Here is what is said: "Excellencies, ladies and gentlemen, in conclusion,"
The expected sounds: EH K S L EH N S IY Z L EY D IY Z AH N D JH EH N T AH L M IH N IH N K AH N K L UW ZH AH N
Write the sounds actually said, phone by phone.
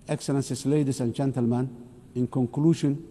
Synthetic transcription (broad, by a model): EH K S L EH N S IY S L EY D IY S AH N JH EH N T AH L M IH N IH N K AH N K L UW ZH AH N